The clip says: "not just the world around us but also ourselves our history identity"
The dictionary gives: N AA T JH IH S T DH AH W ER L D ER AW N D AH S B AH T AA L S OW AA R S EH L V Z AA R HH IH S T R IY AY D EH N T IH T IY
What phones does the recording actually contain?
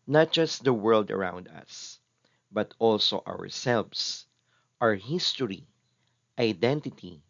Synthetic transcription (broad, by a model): N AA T JH IH S T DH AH W ER L D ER AW N D AH S B AH T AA L S OW AA R S EH L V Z AA R HH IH S T R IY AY D EH N T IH T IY